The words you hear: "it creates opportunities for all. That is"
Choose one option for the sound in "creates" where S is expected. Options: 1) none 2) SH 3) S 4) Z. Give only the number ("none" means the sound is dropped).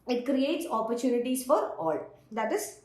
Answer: 3